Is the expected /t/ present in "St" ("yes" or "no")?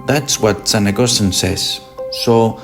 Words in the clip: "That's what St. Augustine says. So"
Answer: no